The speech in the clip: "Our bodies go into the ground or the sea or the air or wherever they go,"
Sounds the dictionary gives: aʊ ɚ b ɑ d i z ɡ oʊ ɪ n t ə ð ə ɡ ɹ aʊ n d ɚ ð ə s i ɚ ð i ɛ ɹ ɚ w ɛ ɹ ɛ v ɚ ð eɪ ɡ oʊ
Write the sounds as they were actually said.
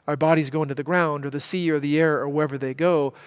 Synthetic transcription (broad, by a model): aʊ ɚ b ɑ d i z ɡ oʊ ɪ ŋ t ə ð ə ɡ ɹ aʊ n d ɚ ð ə s i ɚ ð i ɛ ɹ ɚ w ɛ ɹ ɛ v ɚ ð eɪ ɡ oʊ